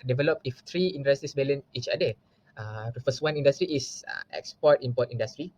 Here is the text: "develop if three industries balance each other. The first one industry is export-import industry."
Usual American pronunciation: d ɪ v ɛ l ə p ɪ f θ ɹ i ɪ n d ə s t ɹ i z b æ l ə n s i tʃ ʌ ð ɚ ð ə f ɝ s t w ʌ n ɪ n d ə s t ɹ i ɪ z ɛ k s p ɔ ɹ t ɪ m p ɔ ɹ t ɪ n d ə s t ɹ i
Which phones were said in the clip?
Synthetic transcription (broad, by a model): d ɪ v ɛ l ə p ɪ f t ɹ i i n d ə s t i s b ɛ l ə n i tʃ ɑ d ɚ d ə f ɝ s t w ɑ n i n d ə s t ɹ i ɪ s ɛ k s p ɔ t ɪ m p ɔ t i n d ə s t ɹ i